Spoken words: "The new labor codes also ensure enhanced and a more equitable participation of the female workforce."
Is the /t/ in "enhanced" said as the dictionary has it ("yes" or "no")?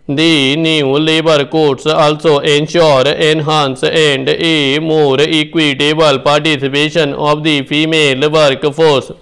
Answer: no